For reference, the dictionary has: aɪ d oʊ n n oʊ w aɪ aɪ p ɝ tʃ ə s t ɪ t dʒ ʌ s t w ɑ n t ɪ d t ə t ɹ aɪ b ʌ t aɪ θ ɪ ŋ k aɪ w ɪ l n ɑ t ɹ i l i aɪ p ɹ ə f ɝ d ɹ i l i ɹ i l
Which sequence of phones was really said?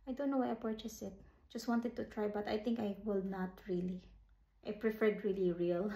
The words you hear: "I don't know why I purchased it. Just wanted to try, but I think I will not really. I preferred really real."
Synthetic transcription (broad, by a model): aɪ d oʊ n n oʊ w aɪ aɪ p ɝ tʃ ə s ɪ t dʒ ʌ s t w ɑ n t ɪ d t ə t ɹ aɪ b ʌ t aɪ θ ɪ ŋ k aɪ w ɪ l n ɑ t ɹ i l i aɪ p ɹ ə f ɝ d ɹ i l i ɹ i l